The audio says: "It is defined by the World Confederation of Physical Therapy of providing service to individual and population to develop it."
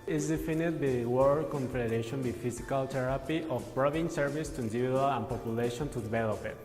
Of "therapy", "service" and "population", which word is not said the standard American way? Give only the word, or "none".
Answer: therapy